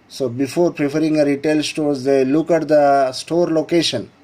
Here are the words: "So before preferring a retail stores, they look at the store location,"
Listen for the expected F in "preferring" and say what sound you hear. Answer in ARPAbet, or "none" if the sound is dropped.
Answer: P